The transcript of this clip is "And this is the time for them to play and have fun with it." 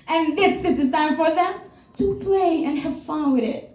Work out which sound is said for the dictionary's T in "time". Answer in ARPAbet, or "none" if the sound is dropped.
S